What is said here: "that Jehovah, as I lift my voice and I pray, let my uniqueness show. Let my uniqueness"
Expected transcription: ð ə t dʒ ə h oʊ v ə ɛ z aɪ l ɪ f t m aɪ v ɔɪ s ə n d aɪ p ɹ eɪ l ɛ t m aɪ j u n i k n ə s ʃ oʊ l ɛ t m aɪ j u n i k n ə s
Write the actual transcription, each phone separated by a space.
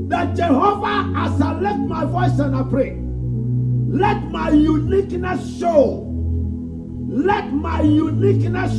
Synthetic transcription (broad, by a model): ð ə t dʒ ə h oʊ v ə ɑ s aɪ l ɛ t m aɪ v ɔɪ s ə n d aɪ p ɹ eɪ l ɛ t m aɪ j u n i k n ə s ʃ oʊ l ɛ t m aɪ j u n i k n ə s